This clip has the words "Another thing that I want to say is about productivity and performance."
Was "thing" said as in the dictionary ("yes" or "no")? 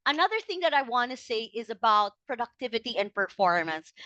yes